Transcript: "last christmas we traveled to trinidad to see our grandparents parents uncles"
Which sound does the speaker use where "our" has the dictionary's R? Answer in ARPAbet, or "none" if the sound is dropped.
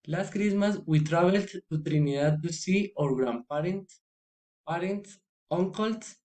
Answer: R